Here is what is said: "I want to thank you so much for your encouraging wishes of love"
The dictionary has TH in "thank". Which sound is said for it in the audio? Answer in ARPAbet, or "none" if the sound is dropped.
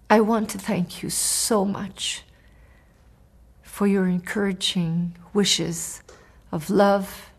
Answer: TH